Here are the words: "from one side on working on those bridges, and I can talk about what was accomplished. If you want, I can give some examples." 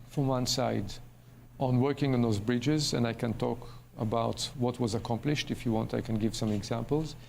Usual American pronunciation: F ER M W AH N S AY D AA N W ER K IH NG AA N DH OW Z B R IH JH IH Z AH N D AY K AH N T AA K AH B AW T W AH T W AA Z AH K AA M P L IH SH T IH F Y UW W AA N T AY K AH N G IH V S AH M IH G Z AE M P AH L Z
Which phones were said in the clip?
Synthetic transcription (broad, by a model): F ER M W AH N S AY D AA N W ER K IH NG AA N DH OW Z B R IH JH IH Z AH N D AY K AH N T AA K AH B AW T W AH T W AA Z AH K AA M P L IH SH T IH F Y UW W AA N T AY K AH N G IH V S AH M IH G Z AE M P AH L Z